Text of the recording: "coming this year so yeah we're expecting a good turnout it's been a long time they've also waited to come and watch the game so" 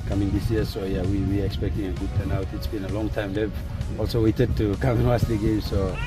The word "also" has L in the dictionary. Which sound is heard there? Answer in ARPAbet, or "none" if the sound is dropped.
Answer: L